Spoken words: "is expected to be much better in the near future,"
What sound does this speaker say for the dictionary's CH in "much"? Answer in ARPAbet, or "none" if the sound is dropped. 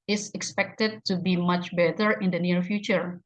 CH